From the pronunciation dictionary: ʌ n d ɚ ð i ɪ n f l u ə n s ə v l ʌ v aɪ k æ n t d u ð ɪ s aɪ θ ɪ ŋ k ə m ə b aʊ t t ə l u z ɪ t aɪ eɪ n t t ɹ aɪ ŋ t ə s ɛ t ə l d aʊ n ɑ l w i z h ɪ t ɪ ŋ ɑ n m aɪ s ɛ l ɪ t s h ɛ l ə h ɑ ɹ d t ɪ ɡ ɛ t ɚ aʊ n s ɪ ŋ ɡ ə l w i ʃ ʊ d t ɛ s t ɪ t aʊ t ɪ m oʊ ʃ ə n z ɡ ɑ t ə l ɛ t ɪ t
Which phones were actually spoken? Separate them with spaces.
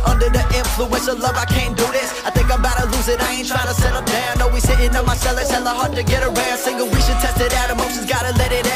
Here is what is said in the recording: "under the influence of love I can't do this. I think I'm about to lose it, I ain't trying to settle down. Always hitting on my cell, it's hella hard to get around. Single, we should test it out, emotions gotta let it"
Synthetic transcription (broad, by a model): ʌ n d ɚ ð i ɪ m f l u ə n s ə l ʌ v aɪ k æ n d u ð ɪ s aɪ θ ɪ ŋ k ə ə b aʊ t t ə l u z ɪ t aɪ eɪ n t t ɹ aɪ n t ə s ɛ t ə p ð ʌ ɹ ɑ n w i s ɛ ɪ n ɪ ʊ m aɪ s ɛ l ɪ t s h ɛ l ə h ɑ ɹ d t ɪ ɡ ɛ t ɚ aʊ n s ɪ ŋ ɡ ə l w i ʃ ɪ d t ɛ s t ɪ t aʊ t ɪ m oʊ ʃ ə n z ɡ ɑ t ə l ɛ t ɪ t